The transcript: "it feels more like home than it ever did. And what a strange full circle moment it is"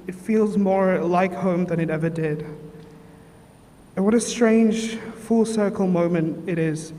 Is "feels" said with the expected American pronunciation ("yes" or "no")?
yes